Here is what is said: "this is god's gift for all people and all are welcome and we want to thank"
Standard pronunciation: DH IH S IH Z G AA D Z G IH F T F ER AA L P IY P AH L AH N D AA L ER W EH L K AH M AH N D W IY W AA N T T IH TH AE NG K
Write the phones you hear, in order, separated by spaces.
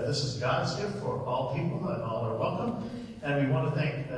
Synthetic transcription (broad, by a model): DH IH S IH Z G AA D Z G IH F T F ER AA L P IY P L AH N AA L ER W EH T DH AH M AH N W IY W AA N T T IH TH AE NG K